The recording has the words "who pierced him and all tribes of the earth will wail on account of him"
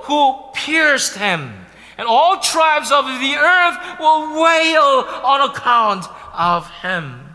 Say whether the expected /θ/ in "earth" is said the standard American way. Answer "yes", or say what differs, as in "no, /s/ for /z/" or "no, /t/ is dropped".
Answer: yes